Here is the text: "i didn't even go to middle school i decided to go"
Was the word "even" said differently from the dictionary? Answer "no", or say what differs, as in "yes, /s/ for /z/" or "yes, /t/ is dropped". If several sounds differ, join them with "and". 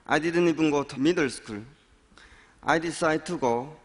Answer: yes, /b/ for /v/